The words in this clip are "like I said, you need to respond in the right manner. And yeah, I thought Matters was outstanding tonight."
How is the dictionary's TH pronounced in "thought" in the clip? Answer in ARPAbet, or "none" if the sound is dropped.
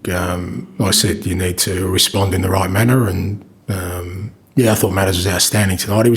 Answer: TH